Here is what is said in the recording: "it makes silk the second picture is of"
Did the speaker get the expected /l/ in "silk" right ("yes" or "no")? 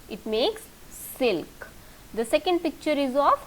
yes